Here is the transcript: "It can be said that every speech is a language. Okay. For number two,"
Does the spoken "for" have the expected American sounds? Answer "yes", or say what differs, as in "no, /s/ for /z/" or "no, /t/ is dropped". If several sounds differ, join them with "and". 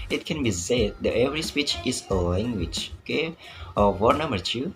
no, /w/ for /ɹ/